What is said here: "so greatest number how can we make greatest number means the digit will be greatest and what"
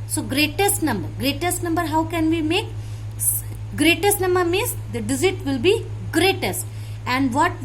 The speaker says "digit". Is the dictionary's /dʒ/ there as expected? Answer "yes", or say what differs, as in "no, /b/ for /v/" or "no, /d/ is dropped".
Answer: no, /z/ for /dʒ/